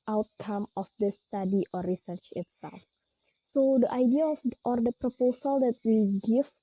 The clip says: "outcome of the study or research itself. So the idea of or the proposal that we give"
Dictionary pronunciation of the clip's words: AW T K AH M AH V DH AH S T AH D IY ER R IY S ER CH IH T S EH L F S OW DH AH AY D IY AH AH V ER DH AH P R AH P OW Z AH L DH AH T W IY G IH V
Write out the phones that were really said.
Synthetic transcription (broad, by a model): AW T K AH M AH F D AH S T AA D IY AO R IY S ER CH IH T S EH L F S OW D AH AY D IY AH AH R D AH P R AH P OW S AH L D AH T W IY G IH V